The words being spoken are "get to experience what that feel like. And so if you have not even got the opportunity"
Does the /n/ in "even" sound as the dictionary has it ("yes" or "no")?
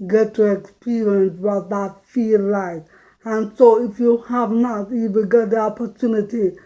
no